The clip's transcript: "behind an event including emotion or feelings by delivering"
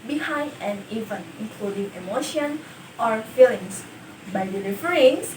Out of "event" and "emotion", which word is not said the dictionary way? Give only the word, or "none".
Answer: event